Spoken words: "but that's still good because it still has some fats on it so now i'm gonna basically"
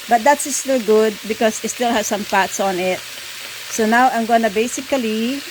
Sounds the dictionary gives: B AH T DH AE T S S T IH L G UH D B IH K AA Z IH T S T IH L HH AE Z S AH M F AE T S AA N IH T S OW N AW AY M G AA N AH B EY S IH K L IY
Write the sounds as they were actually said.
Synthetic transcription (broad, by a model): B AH T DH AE T S S T IH L G UH D B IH K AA S IH T S T IH L HH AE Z S AH M P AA T S AA N IH T S OW N AW AY M G AA N AH B EY S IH K L IY